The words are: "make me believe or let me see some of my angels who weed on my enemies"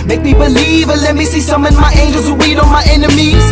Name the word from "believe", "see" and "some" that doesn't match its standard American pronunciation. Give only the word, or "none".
none